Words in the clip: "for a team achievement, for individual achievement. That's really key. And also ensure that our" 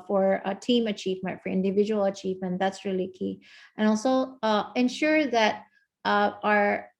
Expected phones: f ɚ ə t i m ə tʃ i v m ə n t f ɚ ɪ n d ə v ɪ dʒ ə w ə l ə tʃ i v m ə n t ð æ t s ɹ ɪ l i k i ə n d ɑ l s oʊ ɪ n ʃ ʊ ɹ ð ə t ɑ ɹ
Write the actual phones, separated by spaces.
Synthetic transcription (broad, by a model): f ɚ ə t i m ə tʃ i v m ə n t f ɚ ɪ n d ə v ɪ dʒ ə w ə l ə tʃ i v m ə n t ð æ t s ɹ ɪ l i k i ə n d ɑ l s oʊ ɪ n ʃ ʊ ɹ ð ə t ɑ ɹ